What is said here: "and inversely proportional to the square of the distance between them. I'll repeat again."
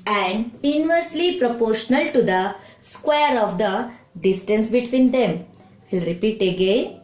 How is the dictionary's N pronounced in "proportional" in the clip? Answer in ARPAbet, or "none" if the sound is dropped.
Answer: N